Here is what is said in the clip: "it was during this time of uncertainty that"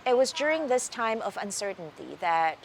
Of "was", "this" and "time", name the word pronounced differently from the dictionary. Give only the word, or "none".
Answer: none